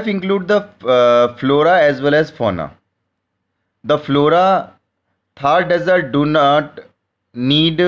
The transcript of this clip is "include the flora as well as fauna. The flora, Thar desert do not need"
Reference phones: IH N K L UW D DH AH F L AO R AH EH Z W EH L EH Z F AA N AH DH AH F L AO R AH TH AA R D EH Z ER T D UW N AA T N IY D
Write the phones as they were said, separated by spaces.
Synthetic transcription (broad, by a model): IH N K L UW D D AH F L AO R AH EH Z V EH L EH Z F AA N AH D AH F L AO R AH T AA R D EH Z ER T D UW N AA T N IY D